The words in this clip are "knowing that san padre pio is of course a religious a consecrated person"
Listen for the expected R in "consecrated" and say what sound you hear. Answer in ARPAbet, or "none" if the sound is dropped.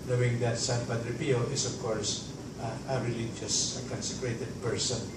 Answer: R